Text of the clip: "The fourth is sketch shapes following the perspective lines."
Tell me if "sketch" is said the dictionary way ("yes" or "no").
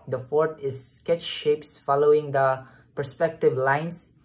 yes